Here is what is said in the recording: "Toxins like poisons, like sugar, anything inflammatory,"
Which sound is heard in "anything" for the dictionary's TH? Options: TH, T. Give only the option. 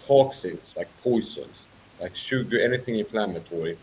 TH